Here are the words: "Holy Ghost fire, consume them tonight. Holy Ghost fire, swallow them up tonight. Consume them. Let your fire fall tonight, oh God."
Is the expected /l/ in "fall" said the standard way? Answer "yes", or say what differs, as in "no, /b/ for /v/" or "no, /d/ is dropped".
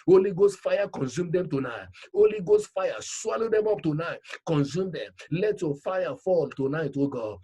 yes